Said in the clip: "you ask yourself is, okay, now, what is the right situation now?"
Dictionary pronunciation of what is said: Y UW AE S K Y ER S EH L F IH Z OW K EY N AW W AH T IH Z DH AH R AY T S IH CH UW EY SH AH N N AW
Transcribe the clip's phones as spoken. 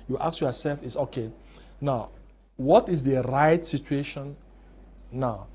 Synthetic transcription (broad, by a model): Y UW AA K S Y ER S EH L F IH S OW K EY N AW W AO T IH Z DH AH R AY T S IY CH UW EY SH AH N N AW